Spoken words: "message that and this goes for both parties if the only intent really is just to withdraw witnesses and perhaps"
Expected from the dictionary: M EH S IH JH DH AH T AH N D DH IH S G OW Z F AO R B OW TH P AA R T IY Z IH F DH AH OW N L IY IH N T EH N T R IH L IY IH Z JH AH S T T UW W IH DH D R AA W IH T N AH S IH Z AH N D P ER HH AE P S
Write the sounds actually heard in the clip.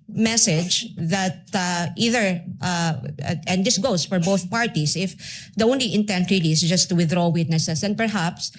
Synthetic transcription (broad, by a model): M EH S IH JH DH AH T AH N D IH S G OW S F AO R B OW TH P AA R T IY S IH F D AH OW N L IY IH N T EH N T R IH L IY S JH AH S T T UW W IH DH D R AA W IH T N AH S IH S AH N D P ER HH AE P S